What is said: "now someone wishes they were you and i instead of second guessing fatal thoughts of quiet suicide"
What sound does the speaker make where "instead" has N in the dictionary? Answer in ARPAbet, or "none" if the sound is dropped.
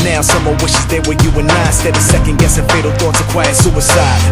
none